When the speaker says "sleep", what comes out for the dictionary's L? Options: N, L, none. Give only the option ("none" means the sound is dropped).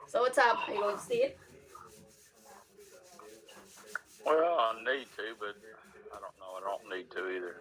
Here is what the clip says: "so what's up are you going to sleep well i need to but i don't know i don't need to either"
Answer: none